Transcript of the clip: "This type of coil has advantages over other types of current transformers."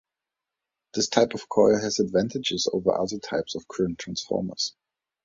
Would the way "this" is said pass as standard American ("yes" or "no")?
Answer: yes